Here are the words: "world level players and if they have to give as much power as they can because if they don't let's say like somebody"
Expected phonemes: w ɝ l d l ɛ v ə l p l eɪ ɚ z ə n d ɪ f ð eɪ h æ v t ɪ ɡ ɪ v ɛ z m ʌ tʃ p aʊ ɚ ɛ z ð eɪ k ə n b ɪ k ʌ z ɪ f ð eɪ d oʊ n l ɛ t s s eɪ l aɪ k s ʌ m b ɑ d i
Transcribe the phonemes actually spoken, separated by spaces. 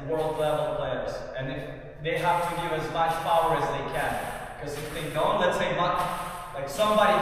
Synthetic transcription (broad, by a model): w ɝ l d l ɛ v l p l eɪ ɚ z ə n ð ð eɪ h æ f t ɪ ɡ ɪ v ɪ z m ʌ tʃ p aʊ ɚ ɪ z ð eɪ k ə n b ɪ k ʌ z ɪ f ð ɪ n oʊ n l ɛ t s s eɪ l aɪ k s ʌ m b ɑ d i